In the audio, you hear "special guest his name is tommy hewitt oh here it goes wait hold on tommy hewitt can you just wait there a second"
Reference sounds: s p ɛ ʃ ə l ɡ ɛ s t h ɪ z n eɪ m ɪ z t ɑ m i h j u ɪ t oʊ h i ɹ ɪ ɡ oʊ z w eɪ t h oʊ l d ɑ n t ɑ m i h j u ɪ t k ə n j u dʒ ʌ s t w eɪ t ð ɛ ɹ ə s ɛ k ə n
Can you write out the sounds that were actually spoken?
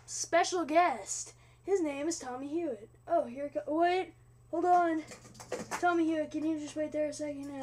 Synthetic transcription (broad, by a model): s p ɛ ʃ l ɡ ɛ s t h ɪ z n eɪ m ɪ z t ɑ m i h j u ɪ t oʊ h i ɹ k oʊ w eɪ t h oʊ l d n t ɑ m i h j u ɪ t k ə n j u dʒ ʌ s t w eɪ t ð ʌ ɹ ə s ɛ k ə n